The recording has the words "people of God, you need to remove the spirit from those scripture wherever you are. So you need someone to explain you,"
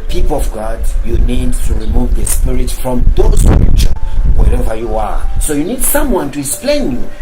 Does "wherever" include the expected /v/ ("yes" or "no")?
yes